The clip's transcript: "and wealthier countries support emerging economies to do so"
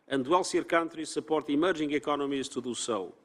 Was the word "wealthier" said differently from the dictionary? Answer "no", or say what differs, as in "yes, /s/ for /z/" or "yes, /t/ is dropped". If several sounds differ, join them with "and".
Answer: yes, /s/ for /θ/